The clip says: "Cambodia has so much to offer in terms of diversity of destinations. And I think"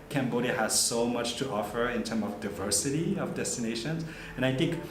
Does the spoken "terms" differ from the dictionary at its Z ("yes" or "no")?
yes